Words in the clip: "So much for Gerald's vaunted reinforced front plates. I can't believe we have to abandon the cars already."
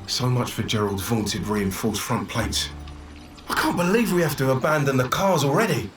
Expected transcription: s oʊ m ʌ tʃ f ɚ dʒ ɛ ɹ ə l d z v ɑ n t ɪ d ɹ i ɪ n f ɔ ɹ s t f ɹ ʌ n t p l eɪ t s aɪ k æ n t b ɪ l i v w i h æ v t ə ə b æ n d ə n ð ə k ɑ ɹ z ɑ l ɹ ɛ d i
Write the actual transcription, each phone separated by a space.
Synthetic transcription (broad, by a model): s oʊ m ʌ tʃ f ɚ dʒ ɛ ɹ ə l d z v ɑ n t ɪ d ɹ i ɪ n f ɔ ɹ s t f ɹ ʌ n p l eɪ t s aɪ k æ n b ɪ l i v w i h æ f t ə ə b æ n d ə n ð ə k ɑ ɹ z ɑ l ɹ ɛ d i